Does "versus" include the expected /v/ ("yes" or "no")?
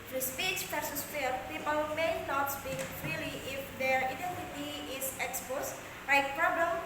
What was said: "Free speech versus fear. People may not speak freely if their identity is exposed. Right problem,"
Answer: no